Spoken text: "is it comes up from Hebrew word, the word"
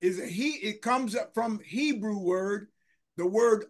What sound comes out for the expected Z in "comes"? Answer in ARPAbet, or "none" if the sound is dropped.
Z